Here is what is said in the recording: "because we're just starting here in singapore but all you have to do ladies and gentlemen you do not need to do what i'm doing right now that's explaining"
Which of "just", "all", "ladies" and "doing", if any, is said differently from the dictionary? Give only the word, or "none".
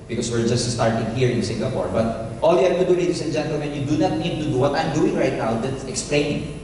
ladies